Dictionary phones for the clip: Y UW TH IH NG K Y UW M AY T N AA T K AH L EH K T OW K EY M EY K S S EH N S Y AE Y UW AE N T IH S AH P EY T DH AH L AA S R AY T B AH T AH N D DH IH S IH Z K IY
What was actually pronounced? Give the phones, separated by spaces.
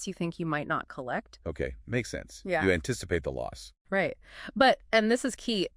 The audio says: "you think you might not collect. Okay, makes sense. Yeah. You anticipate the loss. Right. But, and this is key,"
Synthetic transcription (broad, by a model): Y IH TH IH NG K Y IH M AY T N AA T K AH L EH K T OW K EY M EY K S S EH N S Y AE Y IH AE N T IH S AH P EY T DH AH L AA S R AY T B AH T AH N DH IH S IH Z K IY